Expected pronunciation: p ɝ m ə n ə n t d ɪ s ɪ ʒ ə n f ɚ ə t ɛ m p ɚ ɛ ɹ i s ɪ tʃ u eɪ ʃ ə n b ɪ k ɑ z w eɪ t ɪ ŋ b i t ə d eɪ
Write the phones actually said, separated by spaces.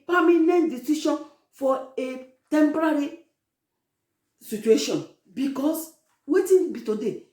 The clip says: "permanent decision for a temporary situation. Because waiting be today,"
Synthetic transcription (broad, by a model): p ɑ m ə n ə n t d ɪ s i ʃ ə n f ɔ ə t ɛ m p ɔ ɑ ɹ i s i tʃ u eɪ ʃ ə n b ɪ k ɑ s w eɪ t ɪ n b i t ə d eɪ